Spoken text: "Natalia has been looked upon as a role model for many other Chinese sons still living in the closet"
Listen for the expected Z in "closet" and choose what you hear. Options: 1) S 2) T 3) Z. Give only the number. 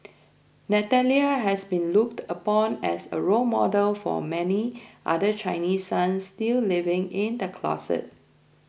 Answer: 1